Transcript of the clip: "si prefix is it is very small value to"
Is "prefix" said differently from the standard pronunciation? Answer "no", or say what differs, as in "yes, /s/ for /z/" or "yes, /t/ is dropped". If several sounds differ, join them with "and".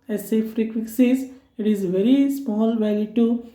yes, /f/ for /p/